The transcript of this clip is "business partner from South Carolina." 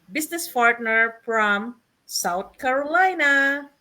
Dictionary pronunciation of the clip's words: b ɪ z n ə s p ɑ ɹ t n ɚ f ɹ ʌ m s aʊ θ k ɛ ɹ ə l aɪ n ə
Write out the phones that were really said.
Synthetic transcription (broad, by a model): b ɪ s n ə s p ɑ ɹ t n ɚ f ɹ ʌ m s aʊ t k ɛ ɹ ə l aɪ n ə